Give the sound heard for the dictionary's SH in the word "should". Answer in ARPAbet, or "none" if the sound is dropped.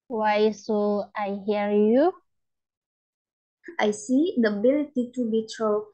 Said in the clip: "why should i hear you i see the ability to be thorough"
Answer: S